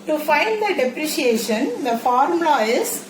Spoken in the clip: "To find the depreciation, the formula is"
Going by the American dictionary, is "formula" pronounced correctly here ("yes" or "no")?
no